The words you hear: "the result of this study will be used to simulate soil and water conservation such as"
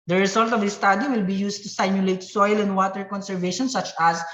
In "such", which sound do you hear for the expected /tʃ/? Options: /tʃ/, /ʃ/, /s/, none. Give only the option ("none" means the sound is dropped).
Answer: /tʃ/